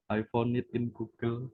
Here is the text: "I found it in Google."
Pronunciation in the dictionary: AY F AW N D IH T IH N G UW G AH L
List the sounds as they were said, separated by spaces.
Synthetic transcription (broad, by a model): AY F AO N IH T IH N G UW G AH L